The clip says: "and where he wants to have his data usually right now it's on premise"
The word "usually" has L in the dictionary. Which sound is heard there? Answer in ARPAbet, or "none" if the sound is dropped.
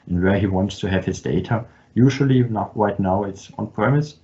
N